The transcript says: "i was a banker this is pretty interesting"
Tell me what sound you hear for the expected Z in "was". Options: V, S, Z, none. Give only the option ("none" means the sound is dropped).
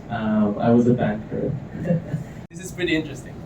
Z